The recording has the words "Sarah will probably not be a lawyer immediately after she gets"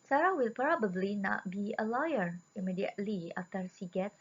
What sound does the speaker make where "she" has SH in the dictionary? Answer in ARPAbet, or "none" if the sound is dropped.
S